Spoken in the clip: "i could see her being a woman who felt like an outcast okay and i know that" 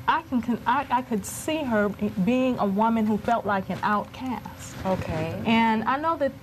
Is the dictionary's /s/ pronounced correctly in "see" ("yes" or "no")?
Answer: yes